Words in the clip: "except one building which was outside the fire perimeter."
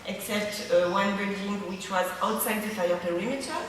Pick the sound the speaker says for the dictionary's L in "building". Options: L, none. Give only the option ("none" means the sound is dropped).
none